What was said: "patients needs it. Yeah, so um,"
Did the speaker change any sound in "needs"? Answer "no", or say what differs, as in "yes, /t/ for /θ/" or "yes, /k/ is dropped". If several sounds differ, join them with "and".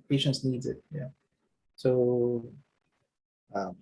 no